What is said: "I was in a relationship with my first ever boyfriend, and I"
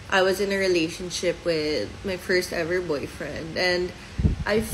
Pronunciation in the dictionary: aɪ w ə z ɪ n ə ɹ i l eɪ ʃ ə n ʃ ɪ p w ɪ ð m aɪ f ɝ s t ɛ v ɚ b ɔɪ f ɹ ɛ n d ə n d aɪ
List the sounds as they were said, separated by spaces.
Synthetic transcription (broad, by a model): aɪ w ə z ɪ n ə ɹ i l eɪ ʃ ə n ʃ ɪ p w ɪ ð m aɪ f ɝ s t ɛ v ɚ b ɔɪ f ɹ ɛ n d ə n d aɪ